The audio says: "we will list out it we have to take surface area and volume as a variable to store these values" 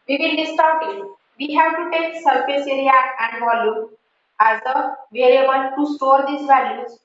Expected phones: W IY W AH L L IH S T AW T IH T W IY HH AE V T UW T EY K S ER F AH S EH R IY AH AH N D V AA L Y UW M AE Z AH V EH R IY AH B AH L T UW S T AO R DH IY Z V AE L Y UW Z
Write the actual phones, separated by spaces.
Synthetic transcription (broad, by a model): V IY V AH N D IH S T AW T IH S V IY HH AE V T UW T EY K S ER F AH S EH R IY AH AH N D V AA L Y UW AE Z AH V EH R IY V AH N T UW S T AO R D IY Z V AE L Y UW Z